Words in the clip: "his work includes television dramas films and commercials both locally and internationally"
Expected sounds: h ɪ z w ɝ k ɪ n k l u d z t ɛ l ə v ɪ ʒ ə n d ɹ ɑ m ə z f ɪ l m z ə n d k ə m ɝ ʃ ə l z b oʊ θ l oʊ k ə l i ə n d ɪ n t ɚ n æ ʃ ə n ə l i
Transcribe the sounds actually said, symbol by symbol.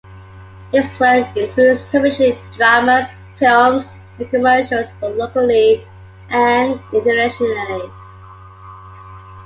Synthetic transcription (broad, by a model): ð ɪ s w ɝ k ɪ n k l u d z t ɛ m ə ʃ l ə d ɹ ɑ m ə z f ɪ l m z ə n k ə m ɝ ʃ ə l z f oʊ l oʊ k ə l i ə n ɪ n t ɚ æ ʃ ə n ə l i